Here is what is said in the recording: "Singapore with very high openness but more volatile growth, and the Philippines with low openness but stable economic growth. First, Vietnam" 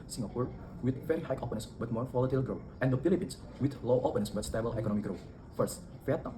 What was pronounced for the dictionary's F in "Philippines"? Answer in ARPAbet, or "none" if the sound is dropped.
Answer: P